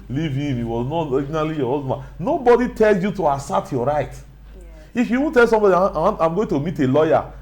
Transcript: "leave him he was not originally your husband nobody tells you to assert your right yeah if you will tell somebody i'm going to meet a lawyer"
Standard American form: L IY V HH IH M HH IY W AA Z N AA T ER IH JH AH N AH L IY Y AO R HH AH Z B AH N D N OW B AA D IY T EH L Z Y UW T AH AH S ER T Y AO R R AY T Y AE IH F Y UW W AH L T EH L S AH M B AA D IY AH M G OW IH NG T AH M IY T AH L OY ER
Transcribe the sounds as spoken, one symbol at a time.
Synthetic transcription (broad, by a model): L IY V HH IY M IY W AA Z N AA T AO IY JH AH N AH L IY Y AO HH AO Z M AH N N OW B AA D IY T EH L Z Y UW T AH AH S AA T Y AO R R AY T IH F Y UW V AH N T EH L S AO M B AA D IY AH M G OW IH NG T AH M IY T AH L OY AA